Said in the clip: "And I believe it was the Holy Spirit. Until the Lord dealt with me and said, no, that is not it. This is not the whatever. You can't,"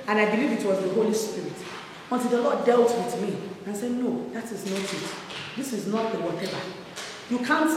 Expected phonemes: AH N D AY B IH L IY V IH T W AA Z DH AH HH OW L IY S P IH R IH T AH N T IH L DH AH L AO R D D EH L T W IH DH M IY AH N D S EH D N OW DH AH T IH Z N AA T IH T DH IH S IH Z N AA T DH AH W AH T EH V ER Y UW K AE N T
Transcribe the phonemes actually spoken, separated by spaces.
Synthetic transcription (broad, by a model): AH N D AY B IH L IY V IH T W AA Z DH AH HH OW L IY S P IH R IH T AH N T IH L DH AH L AO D D EH L T W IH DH M IY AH N S EH D N OW DH AH T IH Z N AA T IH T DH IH S IH Z N AA T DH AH W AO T EH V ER Y UW K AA N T